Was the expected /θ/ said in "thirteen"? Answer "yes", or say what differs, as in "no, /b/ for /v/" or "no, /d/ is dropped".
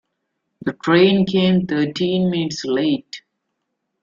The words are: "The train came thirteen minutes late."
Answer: no, /t/ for /θ/